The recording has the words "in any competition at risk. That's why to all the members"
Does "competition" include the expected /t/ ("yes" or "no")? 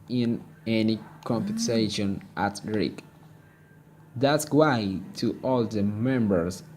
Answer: no